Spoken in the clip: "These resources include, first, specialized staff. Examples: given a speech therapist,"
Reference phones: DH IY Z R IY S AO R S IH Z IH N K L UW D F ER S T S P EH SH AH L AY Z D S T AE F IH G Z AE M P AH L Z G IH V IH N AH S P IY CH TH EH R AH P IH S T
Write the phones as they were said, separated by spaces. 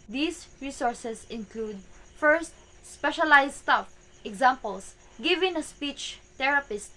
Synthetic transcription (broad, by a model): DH IY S R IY S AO R S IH S IH N K L UW D F ER S T S P EH SH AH L AY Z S T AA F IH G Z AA M P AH L S G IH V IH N AH S P IY CH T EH R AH P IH S T